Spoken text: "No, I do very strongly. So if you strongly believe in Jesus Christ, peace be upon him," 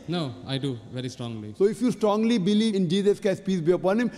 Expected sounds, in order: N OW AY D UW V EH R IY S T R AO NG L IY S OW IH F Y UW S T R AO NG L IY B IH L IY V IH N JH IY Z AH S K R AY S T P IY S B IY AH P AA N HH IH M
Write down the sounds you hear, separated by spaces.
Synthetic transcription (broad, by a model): N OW AY D UW V EH R IY S T R AO NG L IY S OW IH F Y UW S T R AO NG L IY B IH L IY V IH N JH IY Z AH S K AY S P IY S B IY AH P AA N HH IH M